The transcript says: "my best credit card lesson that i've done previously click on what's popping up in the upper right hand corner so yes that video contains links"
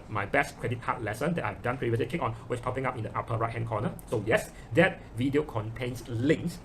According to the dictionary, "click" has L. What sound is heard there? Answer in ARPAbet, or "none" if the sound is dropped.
none